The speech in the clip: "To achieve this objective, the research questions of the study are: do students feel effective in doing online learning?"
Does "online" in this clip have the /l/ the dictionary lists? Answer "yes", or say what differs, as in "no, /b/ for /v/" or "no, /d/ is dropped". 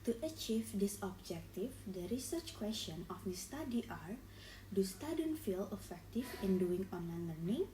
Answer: yes